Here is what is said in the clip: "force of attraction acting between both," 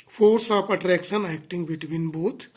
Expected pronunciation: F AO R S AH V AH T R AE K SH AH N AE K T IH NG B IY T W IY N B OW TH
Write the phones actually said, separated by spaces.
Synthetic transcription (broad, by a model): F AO R S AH P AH T R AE K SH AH N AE K T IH NG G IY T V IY N B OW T